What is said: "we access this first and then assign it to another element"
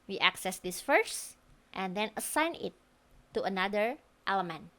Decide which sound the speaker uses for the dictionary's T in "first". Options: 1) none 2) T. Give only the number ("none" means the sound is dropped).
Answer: 2